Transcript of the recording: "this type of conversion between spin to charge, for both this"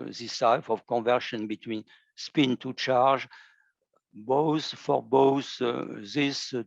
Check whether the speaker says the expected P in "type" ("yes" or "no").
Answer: no